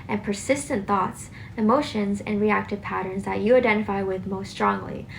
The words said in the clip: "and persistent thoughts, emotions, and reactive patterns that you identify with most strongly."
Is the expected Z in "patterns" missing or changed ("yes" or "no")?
no